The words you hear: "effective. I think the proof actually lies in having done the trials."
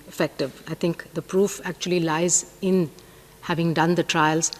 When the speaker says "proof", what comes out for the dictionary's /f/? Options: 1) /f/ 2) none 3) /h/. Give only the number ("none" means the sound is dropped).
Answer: 1